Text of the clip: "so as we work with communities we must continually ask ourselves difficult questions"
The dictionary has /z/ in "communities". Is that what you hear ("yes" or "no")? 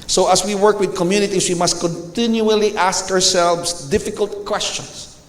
no